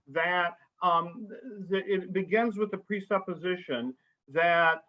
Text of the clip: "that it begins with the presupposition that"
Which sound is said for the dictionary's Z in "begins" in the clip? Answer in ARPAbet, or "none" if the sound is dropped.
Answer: Z